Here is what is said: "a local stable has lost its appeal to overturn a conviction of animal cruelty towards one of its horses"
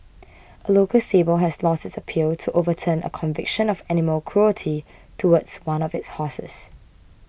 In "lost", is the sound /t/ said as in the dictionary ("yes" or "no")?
yes